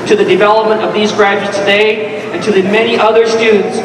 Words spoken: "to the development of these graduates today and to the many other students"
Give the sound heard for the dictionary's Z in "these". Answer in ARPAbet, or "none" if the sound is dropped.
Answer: Z